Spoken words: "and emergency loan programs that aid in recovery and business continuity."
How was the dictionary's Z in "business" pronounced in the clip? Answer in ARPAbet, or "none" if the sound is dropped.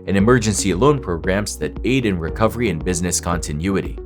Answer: Z